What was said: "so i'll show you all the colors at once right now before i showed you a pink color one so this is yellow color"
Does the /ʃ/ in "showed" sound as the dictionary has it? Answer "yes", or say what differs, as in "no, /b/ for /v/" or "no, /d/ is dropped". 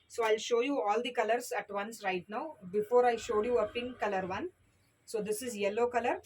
yes